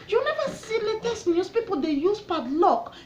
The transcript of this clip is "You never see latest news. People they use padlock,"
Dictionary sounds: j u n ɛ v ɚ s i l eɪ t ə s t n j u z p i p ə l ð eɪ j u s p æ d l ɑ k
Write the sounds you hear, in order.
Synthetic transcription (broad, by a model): j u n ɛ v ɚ s i l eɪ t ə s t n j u s p i p ə l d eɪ j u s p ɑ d l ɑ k